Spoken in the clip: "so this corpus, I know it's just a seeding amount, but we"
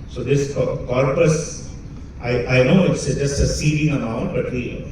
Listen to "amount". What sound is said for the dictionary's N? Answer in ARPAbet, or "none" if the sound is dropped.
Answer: none